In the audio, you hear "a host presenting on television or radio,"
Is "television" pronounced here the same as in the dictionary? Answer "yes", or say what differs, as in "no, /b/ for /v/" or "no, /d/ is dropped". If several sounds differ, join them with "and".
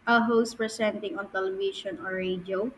no, /ʃ/ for /ʒ/